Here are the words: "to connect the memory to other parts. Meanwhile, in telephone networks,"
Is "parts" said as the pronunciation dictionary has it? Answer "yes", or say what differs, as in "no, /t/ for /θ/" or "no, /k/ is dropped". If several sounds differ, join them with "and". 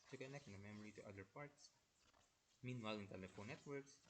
yes